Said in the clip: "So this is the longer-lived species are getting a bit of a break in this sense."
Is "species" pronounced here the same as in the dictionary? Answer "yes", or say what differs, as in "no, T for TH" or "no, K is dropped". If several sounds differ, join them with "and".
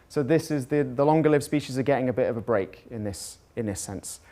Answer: yes